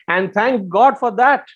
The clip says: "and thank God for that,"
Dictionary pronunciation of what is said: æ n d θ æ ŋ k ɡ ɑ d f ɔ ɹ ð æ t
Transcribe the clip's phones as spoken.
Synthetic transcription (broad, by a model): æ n d t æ ŋ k ɡ ɑ d f ɔ ɹ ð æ t